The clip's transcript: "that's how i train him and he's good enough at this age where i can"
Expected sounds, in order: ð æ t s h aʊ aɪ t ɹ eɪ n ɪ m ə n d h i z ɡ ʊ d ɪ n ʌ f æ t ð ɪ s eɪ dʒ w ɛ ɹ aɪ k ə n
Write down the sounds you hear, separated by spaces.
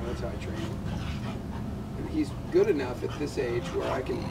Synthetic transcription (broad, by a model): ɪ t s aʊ aɪ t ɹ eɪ ɪ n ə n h i z ɡ ʊ d ɪ n ʌ f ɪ t ð ɪ s eɪ dʒ w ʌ ɹ aɪ k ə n